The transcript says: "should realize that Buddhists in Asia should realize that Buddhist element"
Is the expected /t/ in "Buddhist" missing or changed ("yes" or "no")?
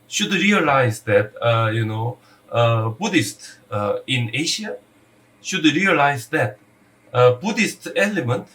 no